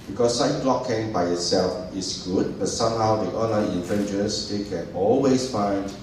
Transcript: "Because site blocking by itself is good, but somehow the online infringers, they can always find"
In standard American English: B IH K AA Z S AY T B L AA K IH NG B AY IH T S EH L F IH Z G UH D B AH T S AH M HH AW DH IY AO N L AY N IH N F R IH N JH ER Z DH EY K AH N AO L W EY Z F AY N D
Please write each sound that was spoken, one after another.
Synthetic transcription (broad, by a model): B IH K AA S AY T B L AA K IH NG B AY IH T S EH L F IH S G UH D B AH T S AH M HH AW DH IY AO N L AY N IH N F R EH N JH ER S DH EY K AH N AO L W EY S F AY N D